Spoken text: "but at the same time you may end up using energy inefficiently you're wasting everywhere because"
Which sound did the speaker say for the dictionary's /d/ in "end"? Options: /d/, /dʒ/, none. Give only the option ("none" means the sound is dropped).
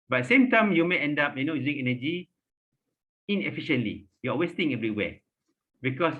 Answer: /d/